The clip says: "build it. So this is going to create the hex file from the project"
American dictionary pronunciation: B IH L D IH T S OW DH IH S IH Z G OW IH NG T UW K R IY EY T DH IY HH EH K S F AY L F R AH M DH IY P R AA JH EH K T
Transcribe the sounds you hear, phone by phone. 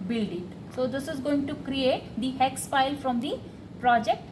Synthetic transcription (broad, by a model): B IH L D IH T S OW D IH S IH Z G OW IH NG T UW K R IY EY T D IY HH EH K S P AY L F R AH M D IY P R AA JH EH K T